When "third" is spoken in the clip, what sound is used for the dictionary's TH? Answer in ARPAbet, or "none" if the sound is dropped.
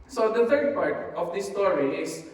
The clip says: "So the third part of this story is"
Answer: T